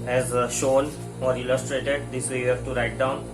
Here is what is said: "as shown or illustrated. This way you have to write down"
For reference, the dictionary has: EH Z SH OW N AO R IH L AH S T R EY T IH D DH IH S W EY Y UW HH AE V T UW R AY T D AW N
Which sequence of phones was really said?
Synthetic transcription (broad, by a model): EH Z SH OW N AO R IH L AH S T R EY T IH D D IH S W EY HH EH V T UW R AY T D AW N